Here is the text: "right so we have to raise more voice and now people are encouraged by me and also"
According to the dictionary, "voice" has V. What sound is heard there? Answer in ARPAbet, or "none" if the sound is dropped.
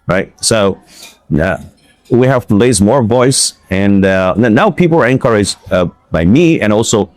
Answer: V